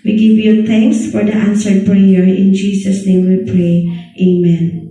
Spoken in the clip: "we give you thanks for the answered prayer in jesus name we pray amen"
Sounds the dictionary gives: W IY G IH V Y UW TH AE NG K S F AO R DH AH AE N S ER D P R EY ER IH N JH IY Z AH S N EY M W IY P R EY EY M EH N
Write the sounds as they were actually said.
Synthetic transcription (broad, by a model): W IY G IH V Y UW T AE NG K S F AO R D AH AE N S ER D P R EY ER IH N JH IY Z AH S N EY M W IY P R EY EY M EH N